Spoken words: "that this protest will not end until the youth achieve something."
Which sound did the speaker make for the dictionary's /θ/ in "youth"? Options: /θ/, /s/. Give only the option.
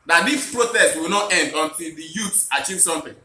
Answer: /s/